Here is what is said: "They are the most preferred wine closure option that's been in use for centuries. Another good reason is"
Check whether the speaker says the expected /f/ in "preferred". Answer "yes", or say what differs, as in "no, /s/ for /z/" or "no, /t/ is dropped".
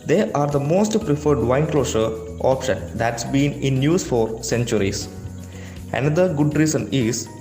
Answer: yes